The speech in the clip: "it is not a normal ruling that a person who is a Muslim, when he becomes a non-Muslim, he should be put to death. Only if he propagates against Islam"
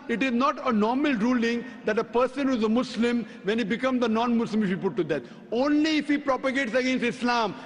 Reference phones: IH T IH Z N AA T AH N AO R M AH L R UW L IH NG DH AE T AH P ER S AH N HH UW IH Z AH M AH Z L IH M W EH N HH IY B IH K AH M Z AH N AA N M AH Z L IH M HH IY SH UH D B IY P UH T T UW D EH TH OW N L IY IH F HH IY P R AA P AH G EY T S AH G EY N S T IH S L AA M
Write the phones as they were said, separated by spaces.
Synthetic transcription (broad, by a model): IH T IH Z N AA T AH N AO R M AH L R UW L IH NG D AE T AH P ER S AH N HH UW IH Z AH M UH S L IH M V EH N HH IY B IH K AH M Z AH N AA N M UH S L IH M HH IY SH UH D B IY P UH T T UW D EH T OW N L IY IH F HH IY P R AA P AH G EY T S AH G EY N S T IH S L AA M